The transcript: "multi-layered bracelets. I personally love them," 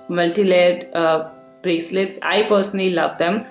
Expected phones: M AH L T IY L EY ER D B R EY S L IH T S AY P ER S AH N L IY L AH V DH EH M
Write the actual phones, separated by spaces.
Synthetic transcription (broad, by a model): M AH L T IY L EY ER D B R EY S L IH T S AY P ER S AH N L IY L AH V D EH M